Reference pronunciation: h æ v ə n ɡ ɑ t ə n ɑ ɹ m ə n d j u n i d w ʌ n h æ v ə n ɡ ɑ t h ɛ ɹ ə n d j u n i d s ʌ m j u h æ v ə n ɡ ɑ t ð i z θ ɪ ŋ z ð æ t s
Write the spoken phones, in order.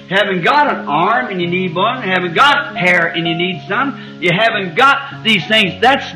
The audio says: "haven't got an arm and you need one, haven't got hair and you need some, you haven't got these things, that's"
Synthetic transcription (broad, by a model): h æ v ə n ɡ ɑ t ə n ɑ ɹ m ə n j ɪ n i d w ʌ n h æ v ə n ɡ ɑ t h ɛ ɹ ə n j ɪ n i d s ʌ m j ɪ h æ v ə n ɡ ɑ t ð i z θ ɪ ŋ z ð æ t s